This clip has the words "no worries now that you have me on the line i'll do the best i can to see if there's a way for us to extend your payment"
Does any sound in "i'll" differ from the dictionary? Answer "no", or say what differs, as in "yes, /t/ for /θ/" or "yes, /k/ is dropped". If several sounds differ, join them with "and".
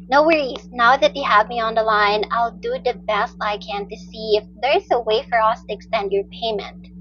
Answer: no